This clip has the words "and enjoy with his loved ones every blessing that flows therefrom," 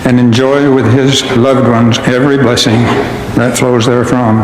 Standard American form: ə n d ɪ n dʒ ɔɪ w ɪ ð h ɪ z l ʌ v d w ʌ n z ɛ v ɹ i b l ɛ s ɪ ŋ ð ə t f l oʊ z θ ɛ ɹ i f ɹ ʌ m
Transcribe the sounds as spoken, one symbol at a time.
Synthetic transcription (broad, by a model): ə n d ɪ n dʒ ɔɪ w ɪ ð ɪ z l ʌ v d w ʌ n z ɛ v ɹ i b l ɛ s ɪ ŋ ð ə t f l oʊ z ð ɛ ɹ f ɹ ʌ m